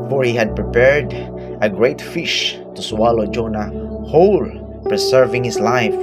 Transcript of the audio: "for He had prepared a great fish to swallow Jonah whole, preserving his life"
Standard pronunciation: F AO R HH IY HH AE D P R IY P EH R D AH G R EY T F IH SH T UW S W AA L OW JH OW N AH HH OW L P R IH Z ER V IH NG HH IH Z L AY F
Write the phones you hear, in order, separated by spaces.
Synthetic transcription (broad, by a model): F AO R HH IY HH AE D P R IY P EH R D AH G R EY T F IH SH T UW S W AA L OW JH OW N AH HH OW L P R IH S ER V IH NG HH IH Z L AY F